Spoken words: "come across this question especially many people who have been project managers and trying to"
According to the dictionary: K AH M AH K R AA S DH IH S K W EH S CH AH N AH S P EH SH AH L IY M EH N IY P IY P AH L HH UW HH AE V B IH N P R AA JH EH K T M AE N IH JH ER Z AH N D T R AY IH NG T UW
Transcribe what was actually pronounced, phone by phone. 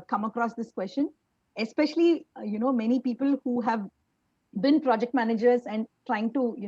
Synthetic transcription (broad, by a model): K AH M AH K R AA S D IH S K W EH S CH AH N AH S P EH SH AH L IY M EH N IY P IY P AH L HH UW HH AE V B IH N P R AA JH EH K T M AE N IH JH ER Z AH N D T R AY IH NG T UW